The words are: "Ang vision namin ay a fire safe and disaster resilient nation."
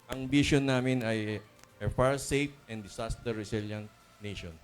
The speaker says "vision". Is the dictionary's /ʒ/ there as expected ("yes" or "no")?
no